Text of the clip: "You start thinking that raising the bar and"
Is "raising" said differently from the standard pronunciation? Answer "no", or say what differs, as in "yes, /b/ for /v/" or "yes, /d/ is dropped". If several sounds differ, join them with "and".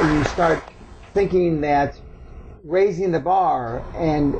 no